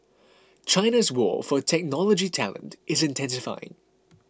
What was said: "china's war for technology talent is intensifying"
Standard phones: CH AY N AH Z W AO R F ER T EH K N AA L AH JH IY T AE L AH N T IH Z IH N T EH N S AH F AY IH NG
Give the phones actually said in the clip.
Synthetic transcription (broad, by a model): CH AY N AH Z W AO F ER T EH K N AA L AH JH IY T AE L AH N T IH Z IH N T EH N S AH F AY IH NG